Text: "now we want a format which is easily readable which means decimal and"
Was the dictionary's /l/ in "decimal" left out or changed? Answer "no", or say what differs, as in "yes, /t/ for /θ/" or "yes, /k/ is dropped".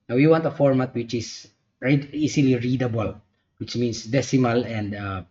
no